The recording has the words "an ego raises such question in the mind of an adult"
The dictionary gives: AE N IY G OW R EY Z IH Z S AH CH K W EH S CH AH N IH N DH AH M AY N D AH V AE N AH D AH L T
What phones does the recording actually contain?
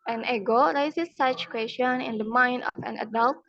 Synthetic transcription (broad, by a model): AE N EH G OW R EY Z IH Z S AH CH K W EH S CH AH N IH N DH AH M AY N D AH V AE N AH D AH L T